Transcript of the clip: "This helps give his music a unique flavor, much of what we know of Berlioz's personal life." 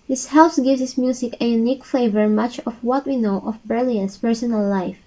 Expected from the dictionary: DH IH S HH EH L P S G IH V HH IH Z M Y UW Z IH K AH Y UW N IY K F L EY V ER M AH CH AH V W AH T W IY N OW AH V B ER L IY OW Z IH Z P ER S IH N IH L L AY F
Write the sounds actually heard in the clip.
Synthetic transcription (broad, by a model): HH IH S HH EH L S G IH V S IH S M Y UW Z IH K AH Y UW N IY K F EY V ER M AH CH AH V W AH T W IY N OW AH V B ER L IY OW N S P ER S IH N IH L L AY F